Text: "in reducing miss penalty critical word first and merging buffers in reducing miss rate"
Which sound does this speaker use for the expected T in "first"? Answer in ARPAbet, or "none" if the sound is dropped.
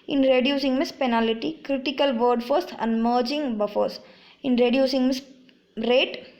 none